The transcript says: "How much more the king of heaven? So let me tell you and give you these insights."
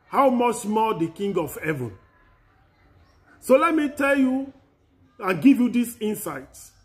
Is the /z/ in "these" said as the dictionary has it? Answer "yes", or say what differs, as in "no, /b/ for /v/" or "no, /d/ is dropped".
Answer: no, /s/ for /z/